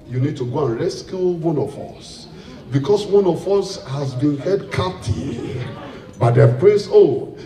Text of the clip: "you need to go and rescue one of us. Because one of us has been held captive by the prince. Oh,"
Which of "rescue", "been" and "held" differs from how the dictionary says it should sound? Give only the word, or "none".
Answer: held